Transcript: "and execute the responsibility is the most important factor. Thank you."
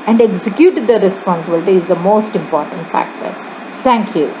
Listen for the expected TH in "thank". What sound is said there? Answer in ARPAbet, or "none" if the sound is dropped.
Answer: T